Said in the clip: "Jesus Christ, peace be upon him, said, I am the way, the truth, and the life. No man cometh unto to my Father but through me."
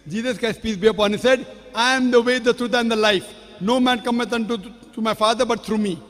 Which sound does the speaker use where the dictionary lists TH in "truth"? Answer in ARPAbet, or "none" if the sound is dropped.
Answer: T